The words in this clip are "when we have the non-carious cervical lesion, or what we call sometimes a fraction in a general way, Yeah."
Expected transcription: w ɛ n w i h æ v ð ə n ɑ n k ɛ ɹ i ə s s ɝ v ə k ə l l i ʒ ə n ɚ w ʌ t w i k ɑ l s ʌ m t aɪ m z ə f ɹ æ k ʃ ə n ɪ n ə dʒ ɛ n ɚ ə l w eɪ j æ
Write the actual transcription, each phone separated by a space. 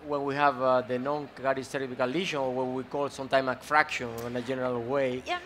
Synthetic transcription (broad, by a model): w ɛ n w i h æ v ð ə n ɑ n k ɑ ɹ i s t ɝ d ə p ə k l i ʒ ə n w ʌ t w i k ɑ l s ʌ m t aɪ m ə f ɹ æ k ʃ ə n ɪ n ə dʒ ɛ n ɚ ə l w eɪ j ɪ